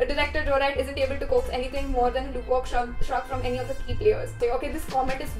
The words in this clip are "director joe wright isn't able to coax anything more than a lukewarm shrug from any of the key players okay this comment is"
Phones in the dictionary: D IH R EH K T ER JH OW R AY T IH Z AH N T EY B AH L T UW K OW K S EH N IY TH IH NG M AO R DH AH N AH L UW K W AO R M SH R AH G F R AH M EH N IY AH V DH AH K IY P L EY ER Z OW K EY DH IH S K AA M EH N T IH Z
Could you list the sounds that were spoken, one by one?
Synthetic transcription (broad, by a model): D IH R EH K T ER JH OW R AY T IH Z AH N T EY B AH L T UW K OW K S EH N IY T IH NG M AO R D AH N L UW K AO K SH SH AH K F R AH M EH N IY AH V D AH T IY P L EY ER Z OW K EY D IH S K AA M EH N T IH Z